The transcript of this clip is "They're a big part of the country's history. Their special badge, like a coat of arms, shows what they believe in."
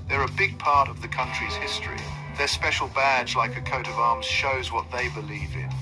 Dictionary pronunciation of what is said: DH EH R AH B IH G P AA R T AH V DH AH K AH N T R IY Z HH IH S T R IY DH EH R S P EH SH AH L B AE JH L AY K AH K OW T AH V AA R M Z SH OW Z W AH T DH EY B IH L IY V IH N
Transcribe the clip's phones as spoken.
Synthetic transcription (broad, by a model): DH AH R AH B IH G P AA R T AH V DH AH K AH N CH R IY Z HH IH S T R IY DH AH R S P EH SH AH L B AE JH L AY K AH K OW T AH V AA R M Z SH OW Z W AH T DH EY B IH L IY V IH N